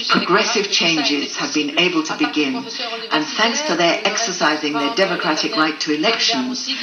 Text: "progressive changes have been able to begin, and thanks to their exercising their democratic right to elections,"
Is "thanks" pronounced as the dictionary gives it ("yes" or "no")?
yes